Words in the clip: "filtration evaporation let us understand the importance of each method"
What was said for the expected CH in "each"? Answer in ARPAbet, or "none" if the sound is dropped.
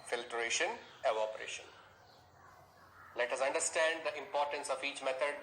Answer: CH